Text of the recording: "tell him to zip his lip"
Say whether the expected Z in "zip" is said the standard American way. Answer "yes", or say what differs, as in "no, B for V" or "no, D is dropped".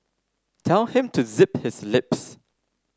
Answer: yes